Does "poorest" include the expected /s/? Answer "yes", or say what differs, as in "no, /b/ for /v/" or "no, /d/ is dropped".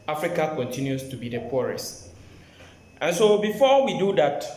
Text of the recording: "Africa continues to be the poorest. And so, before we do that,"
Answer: yes